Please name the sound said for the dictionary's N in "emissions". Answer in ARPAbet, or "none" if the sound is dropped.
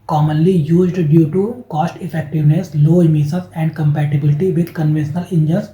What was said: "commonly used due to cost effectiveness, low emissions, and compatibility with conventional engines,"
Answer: none